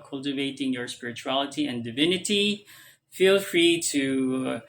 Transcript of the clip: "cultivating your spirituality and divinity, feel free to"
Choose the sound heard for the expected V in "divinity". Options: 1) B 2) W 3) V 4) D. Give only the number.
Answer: 3